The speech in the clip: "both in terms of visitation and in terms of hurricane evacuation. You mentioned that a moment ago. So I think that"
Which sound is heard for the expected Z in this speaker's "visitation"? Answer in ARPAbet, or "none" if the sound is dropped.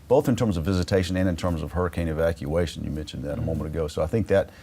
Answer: Z